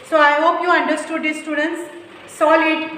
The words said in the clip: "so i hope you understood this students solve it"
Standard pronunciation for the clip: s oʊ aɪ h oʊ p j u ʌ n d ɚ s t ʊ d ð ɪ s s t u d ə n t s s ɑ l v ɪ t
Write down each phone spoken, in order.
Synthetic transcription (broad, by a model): s oʊ aɪ h oʊ p j u ʌ n d ɚ s t ʊ d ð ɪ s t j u d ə n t s s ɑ l ɪ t